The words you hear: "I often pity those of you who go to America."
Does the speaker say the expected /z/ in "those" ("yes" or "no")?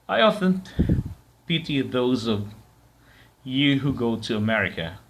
yes